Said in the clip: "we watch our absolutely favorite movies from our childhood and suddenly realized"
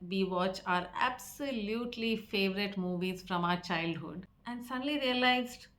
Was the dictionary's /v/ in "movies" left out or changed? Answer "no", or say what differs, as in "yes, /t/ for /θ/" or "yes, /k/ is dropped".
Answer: no